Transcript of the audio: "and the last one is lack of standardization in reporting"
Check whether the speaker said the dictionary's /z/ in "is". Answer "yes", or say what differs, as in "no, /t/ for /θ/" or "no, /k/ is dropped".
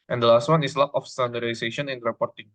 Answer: no, /s/ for /z/